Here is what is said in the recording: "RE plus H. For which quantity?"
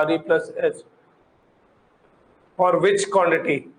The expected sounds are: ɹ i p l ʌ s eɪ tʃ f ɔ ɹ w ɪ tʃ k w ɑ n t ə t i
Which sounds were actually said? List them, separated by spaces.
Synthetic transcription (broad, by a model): ɹ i p l ʌ s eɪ s f ɔ ɹ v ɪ tʃ k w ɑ n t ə t i